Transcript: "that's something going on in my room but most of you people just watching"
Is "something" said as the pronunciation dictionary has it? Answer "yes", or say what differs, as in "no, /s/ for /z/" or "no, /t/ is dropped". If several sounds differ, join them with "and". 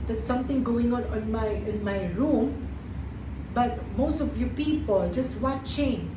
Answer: no, /t/ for /θ/